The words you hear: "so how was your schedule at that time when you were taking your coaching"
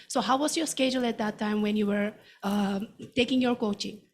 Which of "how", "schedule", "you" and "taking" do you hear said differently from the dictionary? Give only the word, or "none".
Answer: none